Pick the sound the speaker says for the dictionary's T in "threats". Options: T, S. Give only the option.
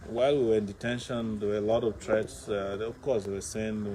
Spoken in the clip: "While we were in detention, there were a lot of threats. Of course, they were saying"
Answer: S